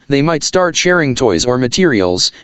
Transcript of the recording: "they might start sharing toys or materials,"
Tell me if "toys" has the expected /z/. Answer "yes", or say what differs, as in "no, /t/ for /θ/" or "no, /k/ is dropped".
yes